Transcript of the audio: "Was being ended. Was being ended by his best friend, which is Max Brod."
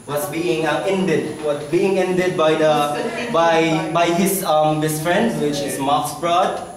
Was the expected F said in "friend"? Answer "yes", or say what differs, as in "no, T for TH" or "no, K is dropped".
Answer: yes